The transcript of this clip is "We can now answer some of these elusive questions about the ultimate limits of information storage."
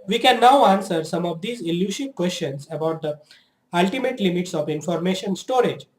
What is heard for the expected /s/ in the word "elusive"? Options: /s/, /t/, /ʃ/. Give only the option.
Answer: /ʃ/